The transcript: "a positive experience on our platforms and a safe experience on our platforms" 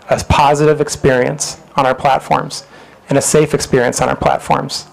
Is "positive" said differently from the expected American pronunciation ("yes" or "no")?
no